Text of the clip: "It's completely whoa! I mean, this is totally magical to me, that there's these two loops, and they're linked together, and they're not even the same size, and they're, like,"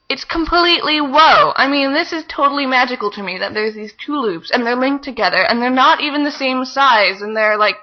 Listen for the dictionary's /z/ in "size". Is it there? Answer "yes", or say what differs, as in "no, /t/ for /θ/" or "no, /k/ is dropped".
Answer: yes